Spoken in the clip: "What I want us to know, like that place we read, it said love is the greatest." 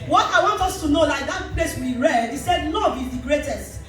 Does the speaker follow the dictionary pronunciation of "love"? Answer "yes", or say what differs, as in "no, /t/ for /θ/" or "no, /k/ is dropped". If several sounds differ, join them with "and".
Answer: no, /n/ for /l/